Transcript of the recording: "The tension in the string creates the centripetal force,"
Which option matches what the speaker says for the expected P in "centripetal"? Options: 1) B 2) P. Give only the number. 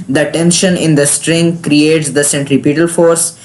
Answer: 2